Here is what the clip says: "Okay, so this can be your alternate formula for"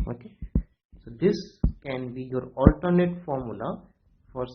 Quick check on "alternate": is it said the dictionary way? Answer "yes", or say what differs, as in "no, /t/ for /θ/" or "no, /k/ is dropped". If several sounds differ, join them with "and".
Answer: yes